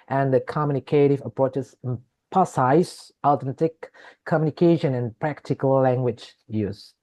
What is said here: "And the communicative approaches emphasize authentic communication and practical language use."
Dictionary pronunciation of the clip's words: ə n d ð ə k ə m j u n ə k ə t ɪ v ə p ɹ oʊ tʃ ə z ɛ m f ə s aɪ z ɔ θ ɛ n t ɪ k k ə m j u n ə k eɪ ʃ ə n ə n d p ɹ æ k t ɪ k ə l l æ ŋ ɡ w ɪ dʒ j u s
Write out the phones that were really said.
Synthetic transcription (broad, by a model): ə n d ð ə k ə m j u n ə k ə t ɪ v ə p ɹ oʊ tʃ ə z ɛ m p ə s aɪ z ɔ t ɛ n t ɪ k k ə m j u n ə k eɪ ʃ ə n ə n p ɹ æ k t ɪ k ə l l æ ŋ ɡ w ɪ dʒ j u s